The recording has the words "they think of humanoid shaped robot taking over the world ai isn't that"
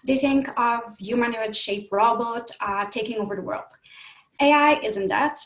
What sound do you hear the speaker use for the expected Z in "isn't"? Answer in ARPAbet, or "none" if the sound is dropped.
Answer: Z